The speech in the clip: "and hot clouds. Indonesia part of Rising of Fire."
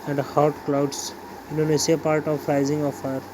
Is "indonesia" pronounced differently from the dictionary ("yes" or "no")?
yes